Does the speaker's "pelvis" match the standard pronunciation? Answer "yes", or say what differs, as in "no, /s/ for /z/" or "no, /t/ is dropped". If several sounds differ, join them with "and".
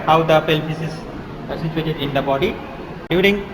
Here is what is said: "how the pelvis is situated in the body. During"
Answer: no, /p/ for /v/